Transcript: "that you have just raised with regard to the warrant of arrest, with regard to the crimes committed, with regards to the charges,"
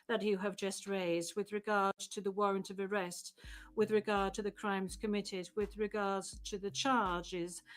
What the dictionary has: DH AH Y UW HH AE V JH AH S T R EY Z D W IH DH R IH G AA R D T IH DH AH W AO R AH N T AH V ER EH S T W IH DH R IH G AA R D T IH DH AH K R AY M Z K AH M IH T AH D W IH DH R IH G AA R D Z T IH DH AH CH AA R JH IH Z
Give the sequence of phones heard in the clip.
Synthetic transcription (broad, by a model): DH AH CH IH V JH AH S T R EY Z D W IH DH R IH G AA R D T IH DH AH W AO R AH N T AH V ER EH S T W IH DH R IH G AA R D T IH DH AH K R AY M Z K AH M IH T AH D W IH DH R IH G AA R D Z T IH DH AH CH AA R JH IH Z